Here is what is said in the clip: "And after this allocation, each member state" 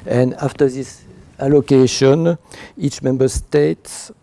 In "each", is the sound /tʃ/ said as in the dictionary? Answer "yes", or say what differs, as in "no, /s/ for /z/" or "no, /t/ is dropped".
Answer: yes